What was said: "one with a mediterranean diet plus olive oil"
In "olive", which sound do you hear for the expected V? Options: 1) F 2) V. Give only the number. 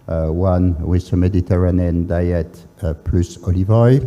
2